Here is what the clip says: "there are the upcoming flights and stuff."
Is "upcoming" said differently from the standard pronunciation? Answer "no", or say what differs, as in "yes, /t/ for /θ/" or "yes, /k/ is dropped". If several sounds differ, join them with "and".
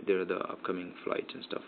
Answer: no